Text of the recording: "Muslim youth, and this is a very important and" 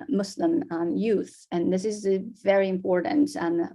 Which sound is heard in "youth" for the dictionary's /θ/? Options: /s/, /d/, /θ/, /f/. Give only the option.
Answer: /θ/